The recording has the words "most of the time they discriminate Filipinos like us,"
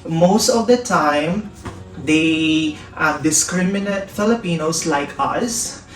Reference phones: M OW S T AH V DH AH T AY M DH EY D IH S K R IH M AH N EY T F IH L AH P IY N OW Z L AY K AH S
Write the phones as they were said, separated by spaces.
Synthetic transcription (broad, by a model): M OW S T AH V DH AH T AY M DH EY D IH S K R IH M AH N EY T F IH L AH P IY N OW S L AY K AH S